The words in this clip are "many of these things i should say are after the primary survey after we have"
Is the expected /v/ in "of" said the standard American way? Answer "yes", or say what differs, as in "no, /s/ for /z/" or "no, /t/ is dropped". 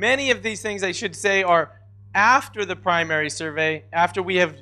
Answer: yes